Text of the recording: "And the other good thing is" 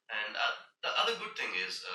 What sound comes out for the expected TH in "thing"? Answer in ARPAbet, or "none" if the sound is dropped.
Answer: TH